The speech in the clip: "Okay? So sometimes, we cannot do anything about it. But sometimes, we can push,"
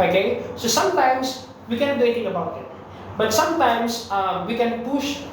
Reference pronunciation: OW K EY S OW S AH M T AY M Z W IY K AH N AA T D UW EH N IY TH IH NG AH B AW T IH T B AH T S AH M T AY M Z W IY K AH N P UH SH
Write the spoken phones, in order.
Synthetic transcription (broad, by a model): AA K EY S OW S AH M T AY M S W IY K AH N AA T D UW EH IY T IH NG AH B AW T IH T B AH T S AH M T AY M S W IY K AH N P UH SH